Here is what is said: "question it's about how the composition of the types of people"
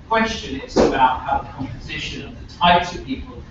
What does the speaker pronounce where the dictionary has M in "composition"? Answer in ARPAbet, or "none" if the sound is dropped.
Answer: M